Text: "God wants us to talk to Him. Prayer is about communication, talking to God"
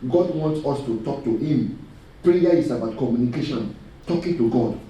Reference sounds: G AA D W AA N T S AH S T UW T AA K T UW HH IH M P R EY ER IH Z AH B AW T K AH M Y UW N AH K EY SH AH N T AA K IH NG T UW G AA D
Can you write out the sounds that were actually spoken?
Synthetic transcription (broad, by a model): G AA D W AA N T S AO S T UW T AA K T UW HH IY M P R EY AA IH S AH B AW T K AH M Y UW N AH K EY SH AH N T AA K IH NG T UW G AA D